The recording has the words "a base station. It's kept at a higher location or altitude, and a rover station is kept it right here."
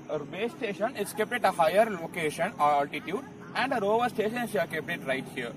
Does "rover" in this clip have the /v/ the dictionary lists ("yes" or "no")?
yes